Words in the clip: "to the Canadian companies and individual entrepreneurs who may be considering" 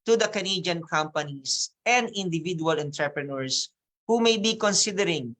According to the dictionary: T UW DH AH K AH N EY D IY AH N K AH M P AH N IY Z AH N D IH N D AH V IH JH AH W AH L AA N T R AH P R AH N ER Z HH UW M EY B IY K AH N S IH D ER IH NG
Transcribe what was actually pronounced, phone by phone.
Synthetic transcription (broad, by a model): T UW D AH K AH N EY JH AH N K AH M P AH N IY S AH N D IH N D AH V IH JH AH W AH L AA N T R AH P R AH N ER S HH UW M EY B IY K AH N S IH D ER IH NG